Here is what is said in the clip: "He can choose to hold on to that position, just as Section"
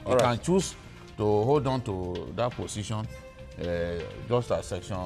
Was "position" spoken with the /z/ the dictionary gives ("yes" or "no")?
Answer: no